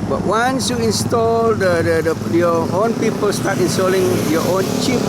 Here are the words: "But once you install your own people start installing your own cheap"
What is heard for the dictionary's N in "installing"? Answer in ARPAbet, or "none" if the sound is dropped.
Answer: N